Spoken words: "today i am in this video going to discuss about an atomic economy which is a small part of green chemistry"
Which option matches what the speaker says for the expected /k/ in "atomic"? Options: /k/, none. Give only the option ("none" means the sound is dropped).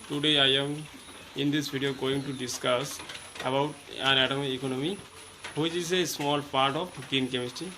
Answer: none